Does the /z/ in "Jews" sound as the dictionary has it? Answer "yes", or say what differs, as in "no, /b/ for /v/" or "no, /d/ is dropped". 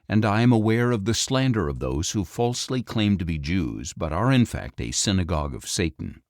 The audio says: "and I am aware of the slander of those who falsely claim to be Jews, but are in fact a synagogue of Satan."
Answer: yes